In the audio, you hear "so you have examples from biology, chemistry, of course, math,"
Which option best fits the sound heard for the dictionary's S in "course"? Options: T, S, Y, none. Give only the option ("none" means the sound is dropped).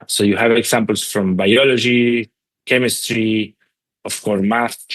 none